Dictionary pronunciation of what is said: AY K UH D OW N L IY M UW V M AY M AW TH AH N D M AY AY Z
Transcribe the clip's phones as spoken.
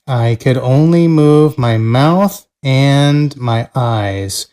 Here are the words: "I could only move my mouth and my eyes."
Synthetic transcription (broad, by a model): AY K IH D OW N L IY M UW V M AY M AW TH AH N M AY AY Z